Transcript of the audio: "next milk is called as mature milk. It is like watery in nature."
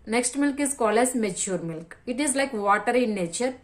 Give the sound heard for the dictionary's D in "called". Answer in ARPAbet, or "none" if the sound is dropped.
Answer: none